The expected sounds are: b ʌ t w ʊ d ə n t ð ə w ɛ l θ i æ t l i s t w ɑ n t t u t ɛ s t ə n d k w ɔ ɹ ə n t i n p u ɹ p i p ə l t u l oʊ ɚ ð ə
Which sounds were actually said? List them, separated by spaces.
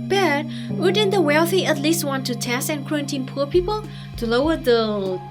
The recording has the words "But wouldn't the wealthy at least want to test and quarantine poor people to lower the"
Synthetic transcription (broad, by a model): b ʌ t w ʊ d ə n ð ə w ɛ l θ i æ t l i s t w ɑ n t t u t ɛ s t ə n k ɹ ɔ ə n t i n p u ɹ p i p ə l t u l oʊ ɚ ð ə